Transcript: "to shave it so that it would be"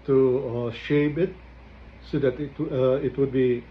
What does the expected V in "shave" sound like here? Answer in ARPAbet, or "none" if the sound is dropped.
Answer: P